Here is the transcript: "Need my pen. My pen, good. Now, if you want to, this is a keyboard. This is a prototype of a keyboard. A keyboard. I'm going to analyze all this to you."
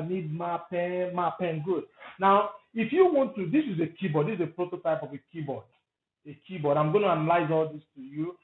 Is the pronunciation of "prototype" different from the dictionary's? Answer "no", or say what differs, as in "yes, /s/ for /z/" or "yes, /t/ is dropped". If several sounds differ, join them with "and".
no